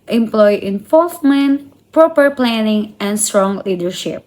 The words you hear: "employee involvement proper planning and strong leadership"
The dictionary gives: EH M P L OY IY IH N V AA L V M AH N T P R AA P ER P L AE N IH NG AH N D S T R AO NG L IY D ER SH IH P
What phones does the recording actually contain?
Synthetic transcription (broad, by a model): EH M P L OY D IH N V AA L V M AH N T P R AA P ER P L AE N IH NG AH N D S T R AO NG L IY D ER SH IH P